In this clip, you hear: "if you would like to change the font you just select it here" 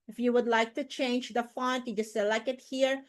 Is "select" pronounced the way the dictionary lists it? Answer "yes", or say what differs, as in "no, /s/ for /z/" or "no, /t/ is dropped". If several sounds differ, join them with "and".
no, /t/ is dropped